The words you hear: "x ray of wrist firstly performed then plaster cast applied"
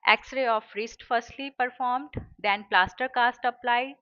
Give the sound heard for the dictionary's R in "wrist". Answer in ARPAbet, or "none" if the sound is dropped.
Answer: R